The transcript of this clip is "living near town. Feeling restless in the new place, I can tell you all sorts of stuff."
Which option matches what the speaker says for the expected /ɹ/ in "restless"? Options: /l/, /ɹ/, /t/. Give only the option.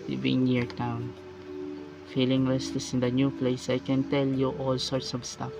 /l/